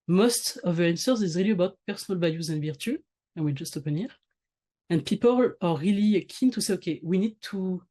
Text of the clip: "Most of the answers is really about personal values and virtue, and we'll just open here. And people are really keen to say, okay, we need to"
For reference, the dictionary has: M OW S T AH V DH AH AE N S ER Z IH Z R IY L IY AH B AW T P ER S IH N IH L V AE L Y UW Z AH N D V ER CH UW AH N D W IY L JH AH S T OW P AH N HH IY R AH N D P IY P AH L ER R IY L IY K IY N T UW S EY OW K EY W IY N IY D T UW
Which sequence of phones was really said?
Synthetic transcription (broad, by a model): M OW S T AH V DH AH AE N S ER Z IH Z R IY L IY AH B AW T P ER S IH N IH L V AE Y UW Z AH N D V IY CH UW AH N W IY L JH AH S T OW P AH N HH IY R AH N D P IY P AH L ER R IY L IY K IY N T UW S EY OW K EY W IY N IY D T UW